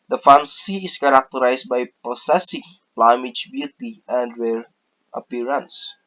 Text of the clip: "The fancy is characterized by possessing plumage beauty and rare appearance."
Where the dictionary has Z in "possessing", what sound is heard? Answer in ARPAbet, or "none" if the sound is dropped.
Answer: S